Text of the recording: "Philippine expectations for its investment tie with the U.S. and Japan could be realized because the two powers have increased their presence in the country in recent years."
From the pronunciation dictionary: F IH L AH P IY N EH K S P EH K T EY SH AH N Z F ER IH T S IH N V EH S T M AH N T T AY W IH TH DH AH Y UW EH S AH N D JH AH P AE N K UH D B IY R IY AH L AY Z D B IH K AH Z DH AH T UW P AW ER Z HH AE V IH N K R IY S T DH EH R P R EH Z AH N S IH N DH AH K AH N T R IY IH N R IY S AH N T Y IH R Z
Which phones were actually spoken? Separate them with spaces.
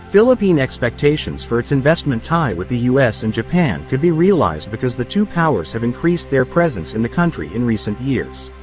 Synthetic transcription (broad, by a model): F IH L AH P IY N EH K S P EH K T EY SH AH N Z F ER IH T S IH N V EH S T M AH N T T AY W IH DH AH Y UW EH S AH N JH AH P AE N K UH D B IY R IY AH L AY Z D B IH K AH Z DH AH T UW P AW ER Z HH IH V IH N K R IY S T DH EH R P R EH Z AH N S IH N DH AH K AH N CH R IY IH N R IY S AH N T Y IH R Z